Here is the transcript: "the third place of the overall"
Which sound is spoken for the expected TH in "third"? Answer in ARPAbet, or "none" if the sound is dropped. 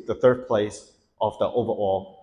TH